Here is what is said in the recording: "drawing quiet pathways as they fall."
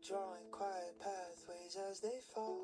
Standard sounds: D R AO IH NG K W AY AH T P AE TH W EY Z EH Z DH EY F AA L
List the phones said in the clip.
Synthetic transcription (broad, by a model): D R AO IH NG K W AY AH T P AE TH W EY Z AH Z DH EY F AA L